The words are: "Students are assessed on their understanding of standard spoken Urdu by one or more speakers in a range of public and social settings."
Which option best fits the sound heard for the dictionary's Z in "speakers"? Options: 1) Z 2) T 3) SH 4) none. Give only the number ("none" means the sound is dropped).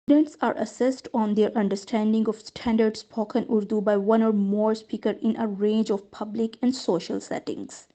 4